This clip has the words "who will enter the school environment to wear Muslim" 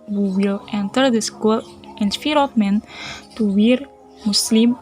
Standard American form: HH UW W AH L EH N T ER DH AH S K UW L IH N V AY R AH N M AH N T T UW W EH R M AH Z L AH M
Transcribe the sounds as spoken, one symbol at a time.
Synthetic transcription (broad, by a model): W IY W AH L EH N T ER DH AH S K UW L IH N F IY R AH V M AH N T T UW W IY R M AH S L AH M